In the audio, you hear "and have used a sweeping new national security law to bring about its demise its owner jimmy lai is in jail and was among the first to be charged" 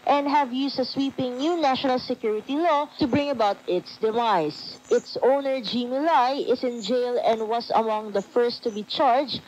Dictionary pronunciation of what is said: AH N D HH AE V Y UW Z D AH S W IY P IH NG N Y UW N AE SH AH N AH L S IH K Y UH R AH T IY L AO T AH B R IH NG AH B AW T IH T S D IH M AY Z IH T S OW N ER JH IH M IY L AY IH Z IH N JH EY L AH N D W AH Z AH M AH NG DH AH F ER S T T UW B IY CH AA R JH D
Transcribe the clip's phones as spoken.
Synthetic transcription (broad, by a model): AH N D HH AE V Y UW S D AH S W IY P IH NG N Y UW N AE SH AH N AH L S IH K Y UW R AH T IY L AO T AH B R IH NG AH B AW T IH T S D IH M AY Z IH T S OW N ER JH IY M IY L AY IH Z IH N JH EY L AH N D W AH S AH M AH NG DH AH F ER S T T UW B IY CH AA R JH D